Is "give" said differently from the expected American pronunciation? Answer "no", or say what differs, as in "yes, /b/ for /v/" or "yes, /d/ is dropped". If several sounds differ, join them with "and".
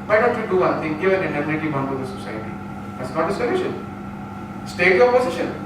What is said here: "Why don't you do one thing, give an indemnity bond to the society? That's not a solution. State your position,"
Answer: yes, /v/ is dropped